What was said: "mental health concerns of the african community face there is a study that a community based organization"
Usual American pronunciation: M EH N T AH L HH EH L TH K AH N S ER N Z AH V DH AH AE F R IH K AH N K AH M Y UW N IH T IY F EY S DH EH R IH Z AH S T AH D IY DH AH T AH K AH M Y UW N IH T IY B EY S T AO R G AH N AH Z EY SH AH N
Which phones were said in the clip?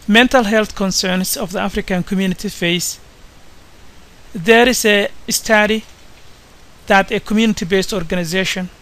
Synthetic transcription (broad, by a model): M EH N T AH L HH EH L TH K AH N S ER N S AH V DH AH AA F R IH K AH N K AH M Y UW N IH T IY F EY S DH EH R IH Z AH S T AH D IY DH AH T AH K AH M Y UW N IH T IY B EY S T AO R G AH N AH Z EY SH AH N